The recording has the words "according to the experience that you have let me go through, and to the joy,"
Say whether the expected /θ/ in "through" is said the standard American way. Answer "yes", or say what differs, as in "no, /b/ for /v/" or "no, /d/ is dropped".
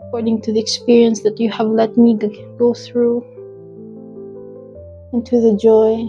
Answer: yes